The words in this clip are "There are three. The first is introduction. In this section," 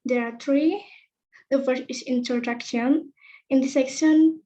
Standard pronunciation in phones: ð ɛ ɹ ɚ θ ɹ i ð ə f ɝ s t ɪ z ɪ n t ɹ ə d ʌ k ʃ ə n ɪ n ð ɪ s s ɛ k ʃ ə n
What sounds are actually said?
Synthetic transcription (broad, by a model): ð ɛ ɹ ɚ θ ɹ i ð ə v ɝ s ɪ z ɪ n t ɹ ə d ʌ k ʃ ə n ɪ n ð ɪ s s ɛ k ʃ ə n